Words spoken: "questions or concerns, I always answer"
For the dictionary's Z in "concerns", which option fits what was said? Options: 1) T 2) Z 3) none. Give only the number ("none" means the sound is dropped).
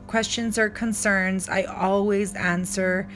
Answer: 2